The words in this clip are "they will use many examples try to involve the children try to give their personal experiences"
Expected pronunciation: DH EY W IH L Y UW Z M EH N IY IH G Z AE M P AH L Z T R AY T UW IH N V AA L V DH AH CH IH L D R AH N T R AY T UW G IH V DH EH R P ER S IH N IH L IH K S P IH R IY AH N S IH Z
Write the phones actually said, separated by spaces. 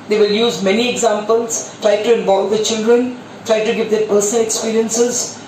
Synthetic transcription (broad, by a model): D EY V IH L Y UW Z M EH N IY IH G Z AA M P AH L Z T R AY T UW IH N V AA L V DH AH CH IH L D R AH N T R AY T UW G IH V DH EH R P ER S IH N IH L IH K S P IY R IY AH N S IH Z